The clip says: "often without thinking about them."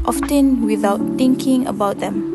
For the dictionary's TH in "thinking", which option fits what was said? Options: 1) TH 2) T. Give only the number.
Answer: 2